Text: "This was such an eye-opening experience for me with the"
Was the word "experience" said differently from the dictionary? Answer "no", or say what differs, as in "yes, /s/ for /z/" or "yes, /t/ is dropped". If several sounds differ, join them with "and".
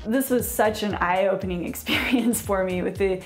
no